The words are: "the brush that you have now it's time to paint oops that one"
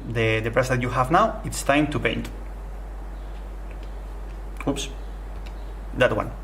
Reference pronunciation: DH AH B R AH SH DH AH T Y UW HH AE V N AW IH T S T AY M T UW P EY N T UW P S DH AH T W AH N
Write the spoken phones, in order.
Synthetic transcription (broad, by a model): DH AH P R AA S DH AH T Y UW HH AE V N AW IH T S T AY M T UW P EY N T UW P S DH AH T W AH N